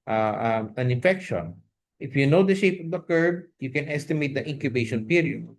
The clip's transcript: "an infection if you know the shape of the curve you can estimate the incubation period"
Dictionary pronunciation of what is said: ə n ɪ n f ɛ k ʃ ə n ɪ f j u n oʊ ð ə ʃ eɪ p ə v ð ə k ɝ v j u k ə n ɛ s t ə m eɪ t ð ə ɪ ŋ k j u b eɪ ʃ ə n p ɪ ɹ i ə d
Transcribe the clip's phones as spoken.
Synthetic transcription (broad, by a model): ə n ɪ n f ɛ k ʃ ə n ɪ f j u n oʊ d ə ʃ eɪ p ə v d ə k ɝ b j u k ə n ɛ s t ə m eɪ t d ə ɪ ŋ k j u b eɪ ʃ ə n p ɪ ɹ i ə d